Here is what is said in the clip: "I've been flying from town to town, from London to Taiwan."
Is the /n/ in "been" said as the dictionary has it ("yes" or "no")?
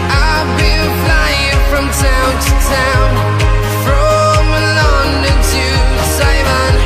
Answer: no